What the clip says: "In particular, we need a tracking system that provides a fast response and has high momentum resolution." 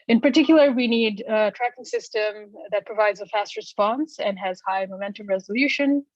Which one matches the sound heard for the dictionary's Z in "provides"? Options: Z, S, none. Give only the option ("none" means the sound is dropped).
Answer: Z